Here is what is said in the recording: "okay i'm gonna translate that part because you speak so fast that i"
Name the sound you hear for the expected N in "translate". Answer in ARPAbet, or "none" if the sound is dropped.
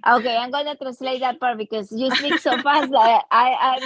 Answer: none